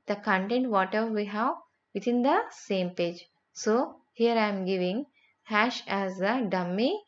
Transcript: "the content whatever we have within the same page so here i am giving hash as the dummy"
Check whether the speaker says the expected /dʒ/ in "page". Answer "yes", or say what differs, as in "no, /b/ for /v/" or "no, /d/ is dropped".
yes